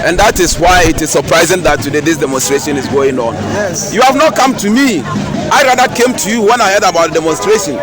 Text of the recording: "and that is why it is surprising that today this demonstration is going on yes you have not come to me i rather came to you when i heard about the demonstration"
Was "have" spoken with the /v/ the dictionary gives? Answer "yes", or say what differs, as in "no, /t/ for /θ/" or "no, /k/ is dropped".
yes